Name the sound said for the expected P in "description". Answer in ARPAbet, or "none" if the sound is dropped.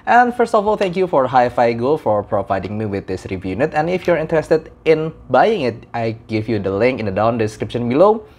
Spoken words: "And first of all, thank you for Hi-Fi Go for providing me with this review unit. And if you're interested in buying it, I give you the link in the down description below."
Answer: P